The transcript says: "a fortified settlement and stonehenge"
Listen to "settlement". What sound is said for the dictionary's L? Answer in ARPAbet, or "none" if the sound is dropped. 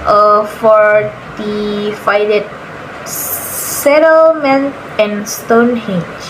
L